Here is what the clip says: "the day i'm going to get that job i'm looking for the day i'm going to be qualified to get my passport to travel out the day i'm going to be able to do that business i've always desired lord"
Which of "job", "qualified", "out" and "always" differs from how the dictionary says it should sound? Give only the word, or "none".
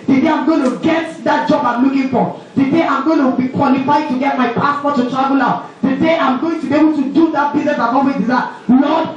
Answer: always